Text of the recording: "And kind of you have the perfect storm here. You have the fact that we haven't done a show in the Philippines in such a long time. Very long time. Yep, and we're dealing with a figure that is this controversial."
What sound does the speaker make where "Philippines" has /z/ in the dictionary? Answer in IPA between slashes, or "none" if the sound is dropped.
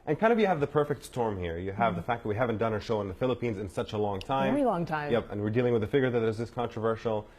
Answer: /z/